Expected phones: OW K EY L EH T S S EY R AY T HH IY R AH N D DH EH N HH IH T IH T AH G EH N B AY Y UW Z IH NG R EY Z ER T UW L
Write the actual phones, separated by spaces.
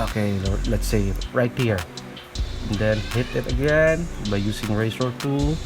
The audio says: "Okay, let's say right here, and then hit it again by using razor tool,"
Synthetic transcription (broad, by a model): OW K EY L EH T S S EY R AY T HH IY R AH N D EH N HH IH T IH T AH G EH N B AY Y UW S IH NG R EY S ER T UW